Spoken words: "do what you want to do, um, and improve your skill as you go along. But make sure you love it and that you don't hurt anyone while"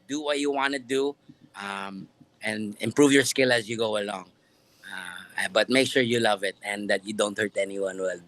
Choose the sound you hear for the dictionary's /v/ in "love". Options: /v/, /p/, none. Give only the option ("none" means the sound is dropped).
/v/